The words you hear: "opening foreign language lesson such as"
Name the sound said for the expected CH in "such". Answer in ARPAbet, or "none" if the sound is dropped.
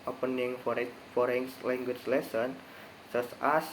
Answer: S